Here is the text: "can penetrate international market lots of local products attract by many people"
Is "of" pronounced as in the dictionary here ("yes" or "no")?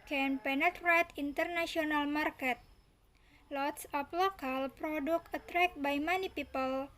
no